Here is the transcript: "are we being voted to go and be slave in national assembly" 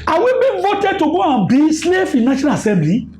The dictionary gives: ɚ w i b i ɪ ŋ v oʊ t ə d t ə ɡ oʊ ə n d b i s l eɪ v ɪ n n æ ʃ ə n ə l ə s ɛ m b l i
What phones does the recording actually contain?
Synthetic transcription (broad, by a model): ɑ w i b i v oʊ t ə d t ə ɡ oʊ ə b i s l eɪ f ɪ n n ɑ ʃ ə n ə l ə s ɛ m b l i